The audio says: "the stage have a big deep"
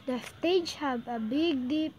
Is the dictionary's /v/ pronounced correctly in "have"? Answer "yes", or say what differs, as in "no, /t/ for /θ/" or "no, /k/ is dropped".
no, /b/ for /v/